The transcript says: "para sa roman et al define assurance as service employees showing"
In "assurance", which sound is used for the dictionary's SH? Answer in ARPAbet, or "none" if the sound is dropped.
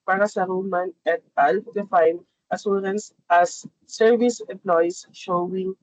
S